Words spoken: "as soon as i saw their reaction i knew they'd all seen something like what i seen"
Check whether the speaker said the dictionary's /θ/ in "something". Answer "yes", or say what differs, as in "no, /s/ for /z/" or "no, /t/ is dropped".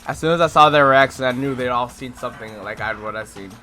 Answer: yes